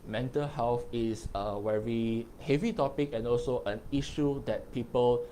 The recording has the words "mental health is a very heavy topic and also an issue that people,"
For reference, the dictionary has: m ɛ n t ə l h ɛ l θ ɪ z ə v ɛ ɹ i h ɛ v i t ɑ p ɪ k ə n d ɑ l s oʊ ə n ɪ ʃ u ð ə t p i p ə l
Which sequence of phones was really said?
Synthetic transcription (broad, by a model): m ɛ n t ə l h ɛ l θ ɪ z ə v ɛ ɹ i h ɛ v i t ɑ p ɪ k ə n ɑ l s oʊ ə n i ʃ u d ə t p i p ə l